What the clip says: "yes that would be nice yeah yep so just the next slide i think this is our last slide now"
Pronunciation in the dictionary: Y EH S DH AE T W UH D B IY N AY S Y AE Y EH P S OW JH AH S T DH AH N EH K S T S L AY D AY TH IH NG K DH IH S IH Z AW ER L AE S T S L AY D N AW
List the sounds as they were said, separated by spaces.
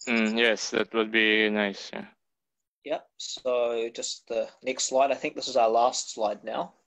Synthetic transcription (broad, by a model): Y EH S DH AE T W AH D B IY N AY S Y AE Y EH P S OW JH AH S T DH AH N EH K S T S L AY D AY TH IH NG K DH IH S IH Z AW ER L AE S T S L AY D N AW